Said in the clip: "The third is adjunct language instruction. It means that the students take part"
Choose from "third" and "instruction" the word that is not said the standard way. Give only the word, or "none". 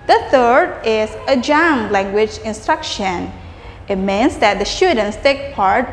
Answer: none